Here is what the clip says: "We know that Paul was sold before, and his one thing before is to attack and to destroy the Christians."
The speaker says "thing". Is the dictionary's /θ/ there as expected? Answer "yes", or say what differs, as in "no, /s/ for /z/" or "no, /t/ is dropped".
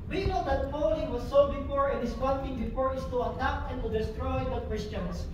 no, /t/ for /θ/